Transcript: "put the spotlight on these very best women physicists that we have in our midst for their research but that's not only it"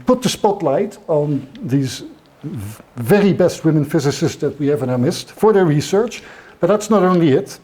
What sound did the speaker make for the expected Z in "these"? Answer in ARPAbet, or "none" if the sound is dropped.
Z